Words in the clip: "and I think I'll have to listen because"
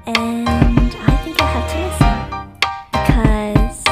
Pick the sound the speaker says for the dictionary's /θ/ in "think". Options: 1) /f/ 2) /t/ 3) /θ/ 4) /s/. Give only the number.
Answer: 3